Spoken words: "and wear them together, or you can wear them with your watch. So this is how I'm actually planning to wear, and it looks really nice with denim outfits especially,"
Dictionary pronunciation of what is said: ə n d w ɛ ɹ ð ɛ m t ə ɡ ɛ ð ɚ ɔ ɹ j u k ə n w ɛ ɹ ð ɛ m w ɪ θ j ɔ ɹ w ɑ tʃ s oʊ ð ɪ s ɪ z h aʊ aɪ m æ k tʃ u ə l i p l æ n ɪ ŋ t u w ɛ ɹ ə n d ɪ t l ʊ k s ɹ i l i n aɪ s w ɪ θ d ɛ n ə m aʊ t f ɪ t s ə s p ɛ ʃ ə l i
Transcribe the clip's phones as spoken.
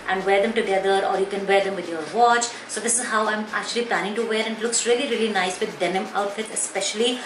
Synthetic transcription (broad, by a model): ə n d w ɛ ɹ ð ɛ m t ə ɡ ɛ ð ɚ ɔ ɹ j u k ə n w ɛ ɹ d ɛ m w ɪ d j ɔ ɹ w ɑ tʃ s oʊ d ɪ s ɪ z h aʊ aɪ m æ k tʃ u ə l i p l æ n ɪ ŋ t u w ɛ ɹ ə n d ɪ t l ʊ k s ɹ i l i n aɪ s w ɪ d d ɛ n ə m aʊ t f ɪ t ə s p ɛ ʃ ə l i